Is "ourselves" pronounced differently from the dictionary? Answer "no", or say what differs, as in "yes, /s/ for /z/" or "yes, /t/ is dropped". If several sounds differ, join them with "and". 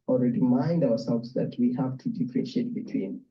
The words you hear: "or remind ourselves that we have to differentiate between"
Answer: yes, /w/ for /ɹ/